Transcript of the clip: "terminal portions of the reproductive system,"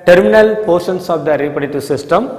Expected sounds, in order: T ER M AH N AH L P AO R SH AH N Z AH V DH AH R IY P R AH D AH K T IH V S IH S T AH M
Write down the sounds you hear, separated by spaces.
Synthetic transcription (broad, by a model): T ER M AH N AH L P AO R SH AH N S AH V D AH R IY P AH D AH T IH S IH S T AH M